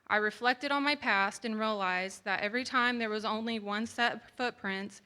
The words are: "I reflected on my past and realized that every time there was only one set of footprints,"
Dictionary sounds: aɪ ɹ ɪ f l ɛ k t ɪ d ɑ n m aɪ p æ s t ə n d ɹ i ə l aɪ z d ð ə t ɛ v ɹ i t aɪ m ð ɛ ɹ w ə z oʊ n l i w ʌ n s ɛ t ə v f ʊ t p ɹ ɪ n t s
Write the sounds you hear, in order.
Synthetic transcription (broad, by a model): aɪ ɹ ɪ f l ɛ k t ɪ d n m aɪ p æ s t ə n ɹ i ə l aɪ z ð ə t ɛ v ɹ i t aɪ m ð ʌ ɹ w ə z oʊ n l i w ʌ n s ɛ t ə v f ʊ t p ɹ ɪ n t s